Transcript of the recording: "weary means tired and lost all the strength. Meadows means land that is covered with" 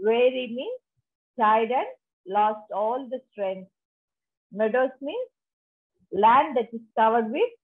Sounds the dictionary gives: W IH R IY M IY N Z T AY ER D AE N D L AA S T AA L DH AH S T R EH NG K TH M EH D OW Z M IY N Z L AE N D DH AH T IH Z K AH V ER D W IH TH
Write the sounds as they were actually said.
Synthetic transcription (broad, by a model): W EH R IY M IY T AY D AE N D L AA S T AA L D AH S T R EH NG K S M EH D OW S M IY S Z L AE N D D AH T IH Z K AH V ER D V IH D